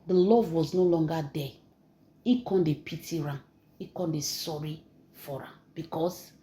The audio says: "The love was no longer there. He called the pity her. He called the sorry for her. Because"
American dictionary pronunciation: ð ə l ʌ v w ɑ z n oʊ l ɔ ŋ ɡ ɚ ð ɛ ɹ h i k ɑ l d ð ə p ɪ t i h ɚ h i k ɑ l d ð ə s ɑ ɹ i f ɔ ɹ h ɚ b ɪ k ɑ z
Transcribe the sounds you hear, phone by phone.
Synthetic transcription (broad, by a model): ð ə l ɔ v w ɑ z n oʊ l ɔ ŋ ɡ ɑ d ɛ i k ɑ n d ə p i t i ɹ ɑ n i k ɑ n d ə s ɑ ɹ i f ɔ ɹ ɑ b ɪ k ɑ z